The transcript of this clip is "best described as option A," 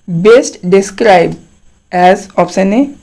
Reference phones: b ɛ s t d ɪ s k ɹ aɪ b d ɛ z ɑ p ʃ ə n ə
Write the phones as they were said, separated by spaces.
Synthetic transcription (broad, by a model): b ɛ s t d ɪ s k ɹ aɪ b d ɛ z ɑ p s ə n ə